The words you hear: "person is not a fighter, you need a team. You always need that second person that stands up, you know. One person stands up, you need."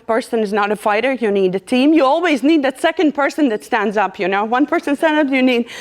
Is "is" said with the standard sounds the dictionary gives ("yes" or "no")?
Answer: yes